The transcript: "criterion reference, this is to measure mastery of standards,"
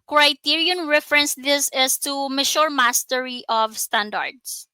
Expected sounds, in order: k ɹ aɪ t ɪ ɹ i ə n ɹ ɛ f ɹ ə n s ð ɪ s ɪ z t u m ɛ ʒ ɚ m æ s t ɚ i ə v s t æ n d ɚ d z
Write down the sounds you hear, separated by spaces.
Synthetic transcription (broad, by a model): k ɹ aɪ t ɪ ɹ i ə n ɹ ɛ f ɹ ə n s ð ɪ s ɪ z t u m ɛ ʃ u m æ s t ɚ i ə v s t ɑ n d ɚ d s